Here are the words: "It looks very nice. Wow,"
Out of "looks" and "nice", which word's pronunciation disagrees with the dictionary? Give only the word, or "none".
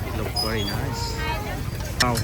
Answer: looks